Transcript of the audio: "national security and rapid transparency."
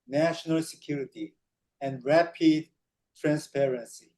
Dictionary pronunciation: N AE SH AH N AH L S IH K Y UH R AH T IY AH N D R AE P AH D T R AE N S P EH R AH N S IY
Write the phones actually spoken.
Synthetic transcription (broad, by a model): N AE SH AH N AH L S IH K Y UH R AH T IY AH N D R AE P AH D T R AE N S P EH R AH N S IY